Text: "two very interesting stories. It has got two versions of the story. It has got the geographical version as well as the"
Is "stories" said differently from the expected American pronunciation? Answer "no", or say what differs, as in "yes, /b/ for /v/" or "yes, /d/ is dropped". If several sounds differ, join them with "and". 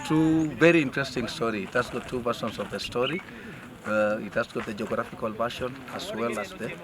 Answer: yes, /z/ is dropped